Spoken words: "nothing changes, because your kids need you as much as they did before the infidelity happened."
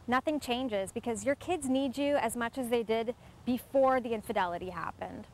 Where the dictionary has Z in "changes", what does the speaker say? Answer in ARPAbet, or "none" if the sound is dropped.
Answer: Z